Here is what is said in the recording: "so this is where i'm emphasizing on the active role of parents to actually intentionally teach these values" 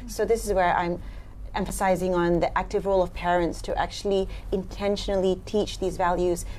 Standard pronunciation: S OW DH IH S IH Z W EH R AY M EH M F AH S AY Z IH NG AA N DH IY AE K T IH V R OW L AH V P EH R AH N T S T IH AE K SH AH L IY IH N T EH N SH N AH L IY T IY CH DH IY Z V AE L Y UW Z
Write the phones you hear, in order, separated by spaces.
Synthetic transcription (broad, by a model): S OW DH IH S IH Z W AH R AY M EH M F AH S AY Z IH NG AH N DH IY AE K T IH V R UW L AH V P EH R AH N T S T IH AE K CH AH L IY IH N T EH N SH N L IY T IY CH DH IY Z V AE L Y UW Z